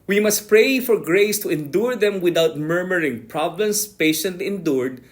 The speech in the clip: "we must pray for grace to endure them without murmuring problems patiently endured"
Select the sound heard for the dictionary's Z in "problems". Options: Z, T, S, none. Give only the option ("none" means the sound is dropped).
S